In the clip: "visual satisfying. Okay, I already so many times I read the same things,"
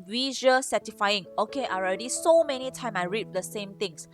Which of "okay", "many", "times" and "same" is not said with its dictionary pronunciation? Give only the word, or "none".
times